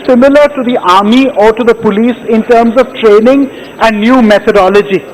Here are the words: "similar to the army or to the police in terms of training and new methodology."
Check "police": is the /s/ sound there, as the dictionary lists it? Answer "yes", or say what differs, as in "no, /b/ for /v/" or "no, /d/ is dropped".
yes